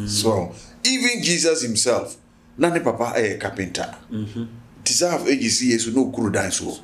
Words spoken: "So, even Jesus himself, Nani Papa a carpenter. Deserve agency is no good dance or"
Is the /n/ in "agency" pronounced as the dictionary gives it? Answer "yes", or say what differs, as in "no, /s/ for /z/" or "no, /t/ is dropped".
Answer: no, /n/ is dropped